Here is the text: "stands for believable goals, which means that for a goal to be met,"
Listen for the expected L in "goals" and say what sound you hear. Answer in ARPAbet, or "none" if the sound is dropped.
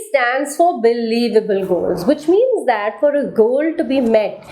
L